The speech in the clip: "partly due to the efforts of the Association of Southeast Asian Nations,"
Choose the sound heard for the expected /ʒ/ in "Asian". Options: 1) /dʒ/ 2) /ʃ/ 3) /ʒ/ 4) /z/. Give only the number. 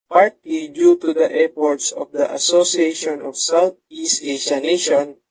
2